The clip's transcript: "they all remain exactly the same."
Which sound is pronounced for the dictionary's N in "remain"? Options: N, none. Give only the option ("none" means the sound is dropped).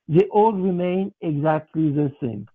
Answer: N